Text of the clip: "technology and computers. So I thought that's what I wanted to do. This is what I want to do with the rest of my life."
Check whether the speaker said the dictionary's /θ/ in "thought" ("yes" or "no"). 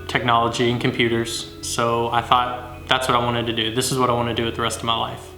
yes